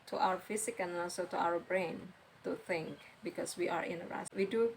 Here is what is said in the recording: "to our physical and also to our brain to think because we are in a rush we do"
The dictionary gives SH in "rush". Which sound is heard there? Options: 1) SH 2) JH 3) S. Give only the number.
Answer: 3